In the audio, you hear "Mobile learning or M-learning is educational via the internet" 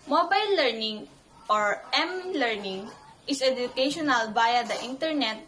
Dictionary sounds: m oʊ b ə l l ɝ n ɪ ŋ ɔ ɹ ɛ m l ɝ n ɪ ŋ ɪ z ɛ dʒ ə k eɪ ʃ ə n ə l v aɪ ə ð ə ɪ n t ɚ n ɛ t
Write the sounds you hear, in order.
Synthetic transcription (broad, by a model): m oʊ b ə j l ɝ n ɪ ŋ ɔ ɹ ɛ m l ɝ n ɪ ŋ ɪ s ɛ dʒ ə k eɪ ʃ ə n ə l b aɪ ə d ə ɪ n t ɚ n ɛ t